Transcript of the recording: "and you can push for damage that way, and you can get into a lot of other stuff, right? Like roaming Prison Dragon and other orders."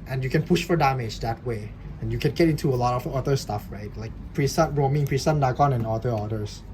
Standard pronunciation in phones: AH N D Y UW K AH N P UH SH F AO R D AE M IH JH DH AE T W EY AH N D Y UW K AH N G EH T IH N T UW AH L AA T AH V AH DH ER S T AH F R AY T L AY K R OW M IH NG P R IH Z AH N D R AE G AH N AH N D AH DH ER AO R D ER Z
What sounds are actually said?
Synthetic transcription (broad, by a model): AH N Y UW K AH N P UH SH F AO R D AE M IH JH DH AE T W EY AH N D Y UW K AH N G EH T IH N T UW AH L AA T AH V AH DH ER S T AH F R AY T L AY K R OW M IH NG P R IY S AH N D AA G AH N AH N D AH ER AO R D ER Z